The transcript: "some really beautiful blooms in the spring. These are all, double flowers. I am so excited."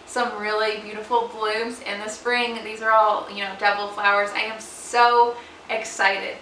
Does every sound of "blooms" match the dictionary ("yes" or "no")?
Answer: yes